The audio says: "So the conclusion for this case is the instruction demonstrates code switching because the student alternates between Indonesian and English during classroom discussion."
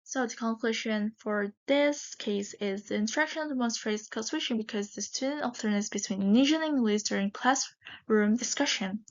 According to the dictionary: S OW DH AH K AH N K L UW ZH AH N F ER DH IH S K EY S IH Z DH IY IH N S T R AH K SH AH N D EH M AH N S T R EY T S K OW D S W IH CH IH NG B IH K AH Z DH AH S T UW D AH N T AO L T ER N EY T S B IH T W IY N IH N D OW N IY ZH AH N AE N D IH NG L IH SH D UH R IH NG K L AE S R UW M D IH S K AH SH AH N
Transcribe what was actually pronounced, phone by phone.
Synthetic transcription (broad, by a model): S OW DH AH K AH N K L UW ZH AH N F ER DH IH S K EY S IH Z DH IY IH N T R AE K SH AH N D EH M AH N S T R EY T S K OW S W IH SH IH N B IH K AH Z DH AH S T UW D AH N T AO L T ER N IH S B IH T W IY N N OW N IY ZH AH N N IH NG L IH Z D UH R IH NG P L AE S R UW M D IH S K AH SH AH N